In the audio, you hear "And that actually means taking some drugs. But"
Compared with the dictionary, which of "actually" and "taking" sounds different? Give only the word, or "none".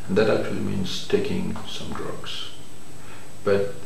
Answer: none